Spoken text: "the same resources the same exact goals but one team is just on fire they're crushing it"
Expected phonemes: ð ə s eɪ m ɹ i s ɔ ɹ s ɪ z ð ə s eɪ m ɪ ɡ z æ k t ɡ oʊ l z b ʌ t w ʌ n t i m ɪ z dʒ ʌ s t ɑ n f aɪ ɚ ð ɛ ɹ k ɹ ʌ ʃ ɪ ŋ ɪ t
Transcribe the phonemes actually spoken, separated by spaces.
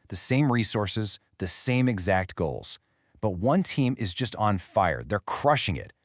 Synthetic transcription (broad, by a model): ð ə s eɪ m ɹ i s ɔ ɹ s ɪ z ð ə s eɪ m ɪ ɡ z æ k t ɡ oʊ l z b ʌ t w ʌ n t i m ɪ z dʒ ʌ s t n f aɪ ɚ ð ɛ ɹ k ɹ ʌ ʃ ɪ ŋ ɪ t